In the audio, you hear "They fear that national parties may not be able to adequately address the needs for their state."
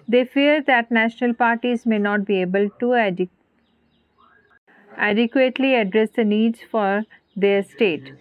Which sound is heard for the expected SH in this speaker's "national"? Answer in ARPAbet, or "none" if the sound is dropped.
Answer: SH